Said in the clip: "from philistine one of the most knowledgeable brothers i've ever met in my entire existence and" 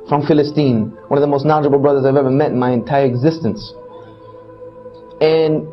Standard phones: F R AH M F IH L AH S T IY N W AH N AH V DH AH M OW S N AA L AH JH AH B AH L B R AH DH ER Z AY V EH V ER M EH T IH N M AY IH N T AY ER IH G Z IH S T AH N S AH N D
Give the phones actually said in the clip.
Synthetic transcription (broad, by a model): F R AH M F IH L AH S T IY N W AH N AH V DH AH M OW S N AA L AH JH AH B L B R AH DH ER Z AY V EH V ER M EH T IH N M AY IH N T AY ER IH G Z IH S T AH N S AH N